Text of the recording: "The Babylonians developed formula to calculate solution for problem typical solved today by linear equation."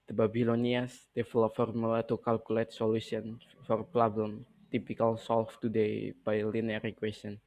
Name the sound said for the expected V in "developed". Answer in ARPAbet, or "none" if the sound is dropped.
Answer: F